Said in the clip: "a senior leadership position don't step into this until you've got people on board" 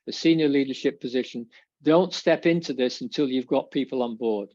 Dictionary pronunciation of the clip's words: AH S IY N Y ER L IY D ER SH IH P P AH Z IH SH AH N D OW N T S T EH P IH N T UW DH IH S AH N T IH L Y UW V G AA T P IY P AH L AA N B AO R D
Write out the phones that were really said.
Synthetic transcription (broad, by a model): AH S IY N Y ER L IY D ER SH IH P P AH Z IH SH AH N D OW N T S T EH P IH N T UW DH IH S AH N T IH L Y UW V G AA T P IY P AH L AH N B AO R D